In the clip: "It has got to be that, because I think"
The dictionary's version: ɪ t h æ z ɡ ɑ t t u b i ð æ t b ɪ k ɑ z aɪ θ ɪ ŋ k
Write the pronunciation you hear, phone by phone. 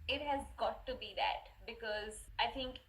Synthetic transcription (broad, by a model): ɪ t h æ z ɡ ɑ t t u b i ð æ t b ɪ k ɑ z aɪ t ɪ ŋ k